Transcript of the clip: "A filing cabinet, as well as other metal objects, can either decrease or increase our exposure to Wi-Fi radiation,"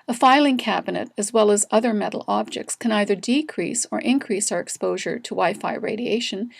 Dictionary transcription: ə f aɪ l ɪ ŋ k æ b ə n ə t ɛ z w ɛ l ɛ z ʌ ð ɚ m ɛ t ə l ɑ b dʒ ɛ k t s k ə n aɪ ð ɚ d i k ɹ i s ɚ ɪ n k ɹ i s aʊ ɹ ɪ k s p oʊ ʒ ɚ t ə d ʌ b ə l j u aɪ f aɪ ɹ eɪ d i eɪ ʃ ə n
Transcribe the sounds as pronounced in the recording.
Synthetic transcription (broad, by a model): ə f aɪ l ɪ ŋ k æ b ə n ə t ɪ z w ɛ l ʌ z ʌ ð ɚ m ɛ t l ɑ b dʒ ɛ k t s k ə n aɪ ð ɚ d i k ɹ i s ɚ ɪ n k ɹ i s aʊ ɹ ɪ k s p oʊ ʒ ɚ t ə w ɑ ə f aɪ ɹ eɪ d i eɪ ʃ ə n